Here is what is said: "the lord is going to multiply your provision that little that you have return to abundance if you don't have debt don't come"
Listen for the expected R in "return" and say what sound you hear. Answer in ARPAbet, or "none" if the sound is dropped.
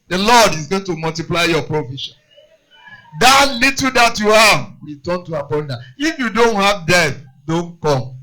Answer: W